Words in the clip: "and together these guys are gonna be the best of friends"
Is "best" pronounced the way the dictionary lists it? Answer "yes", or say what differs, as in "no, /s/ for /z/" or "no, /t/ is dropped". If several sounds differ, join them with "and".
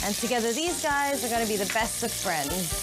yes